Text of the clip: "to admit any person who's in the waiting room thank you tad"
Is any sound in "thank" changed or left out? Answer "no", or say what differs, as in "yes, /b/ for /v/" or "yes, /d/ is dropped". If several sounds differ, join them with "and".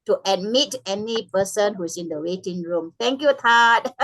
yes, /t/ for /θ/